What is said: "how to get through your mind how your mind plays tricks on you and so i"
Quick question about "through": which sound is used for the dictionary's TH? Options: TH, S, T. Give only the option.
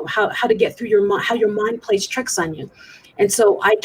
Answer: TH